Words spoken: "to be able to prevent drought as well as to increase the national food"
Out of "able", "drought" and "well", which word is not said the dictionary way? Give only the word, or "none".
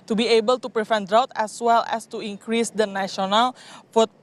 none